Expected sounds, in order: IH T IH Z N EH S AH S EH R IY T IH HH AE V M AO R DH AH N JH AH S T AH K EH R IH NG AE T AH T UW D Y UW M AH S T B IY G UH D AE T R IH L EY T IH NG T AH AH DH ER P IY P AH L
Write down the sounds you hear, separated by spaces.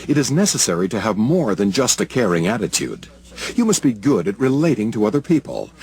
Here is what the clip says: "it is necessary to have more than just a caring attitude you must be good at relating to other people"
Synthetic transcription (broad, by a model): IH T IH Z N EH S AH S EH R IY T IH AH V M AO R DH AH N JH AH S T AH K EH R IH NG AE T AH T UW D Y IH M AH S T B IY G UH D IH T R IH L EY T IH NG T AH AH DH ER P IY P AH L